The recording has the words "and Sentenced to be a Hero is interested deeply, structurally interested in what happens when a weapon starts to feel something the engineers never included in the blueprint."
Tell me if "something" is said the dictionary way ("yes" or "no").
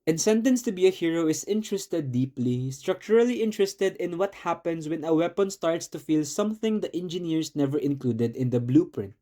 yes